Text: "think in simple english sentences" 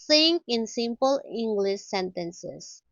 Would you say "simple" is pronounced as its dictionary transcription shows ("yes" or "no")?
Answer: yes